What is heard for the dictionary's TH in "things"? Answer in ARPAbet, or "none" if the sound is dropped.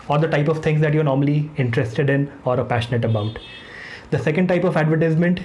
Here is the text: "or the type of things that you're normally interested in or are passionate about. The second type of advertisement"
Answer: T